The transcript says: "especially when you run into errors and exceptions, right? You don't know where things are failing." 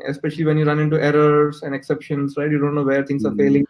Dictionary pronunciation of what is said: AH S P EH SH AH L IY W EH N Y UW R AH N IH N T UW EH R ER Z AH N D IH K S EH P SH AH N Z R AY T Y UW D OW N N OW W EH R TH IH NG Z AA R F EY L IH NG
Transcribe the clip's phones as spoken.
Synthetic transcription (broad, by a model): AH S P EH SH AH L IY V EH N Y UW R AH N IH N T UW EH R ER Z AH N D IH K S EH P SH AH N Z R AY T Y UW D OW N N OW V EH R T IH NG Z AA R F EY L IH NG